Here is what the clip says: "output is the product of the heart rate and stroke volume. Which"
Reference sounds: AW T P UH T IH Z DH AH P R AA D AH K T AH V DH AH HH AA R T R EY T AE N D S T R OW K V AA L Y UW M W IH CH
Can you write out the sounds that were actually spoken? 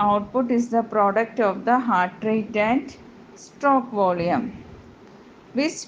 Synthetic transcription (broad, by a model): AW T P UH T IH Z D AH P R AA D AH K T AH V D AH HH AA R T R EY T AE N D S T OW K V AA L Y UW M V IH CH